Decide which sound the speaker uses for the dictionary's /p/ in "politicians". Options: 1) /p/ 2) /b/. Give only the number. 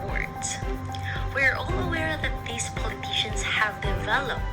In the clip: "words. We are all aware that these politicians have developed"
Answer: 1